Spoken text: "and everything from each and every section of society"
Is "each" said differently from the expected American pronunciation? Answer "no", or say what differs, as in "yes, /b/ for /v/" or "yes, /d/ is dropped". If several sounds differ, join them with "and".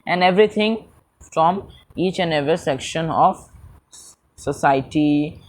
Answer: no